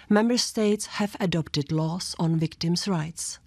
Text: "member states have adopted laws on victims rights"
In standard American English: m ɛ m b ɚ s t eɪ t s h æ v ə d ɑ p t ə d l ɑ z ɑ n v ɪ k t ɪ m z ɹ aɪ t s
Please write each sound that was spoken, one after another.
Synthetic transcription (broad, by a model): m ɛ m b ɚ s t eɪ t s h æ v ə d ɑ p t ə d l ɑ s ɑ n v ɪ k t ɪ m s ɹ aɪ t s